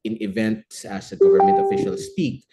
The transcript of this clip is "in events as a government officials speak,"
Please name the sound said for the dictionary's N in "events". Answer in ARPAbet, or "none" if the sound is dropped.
N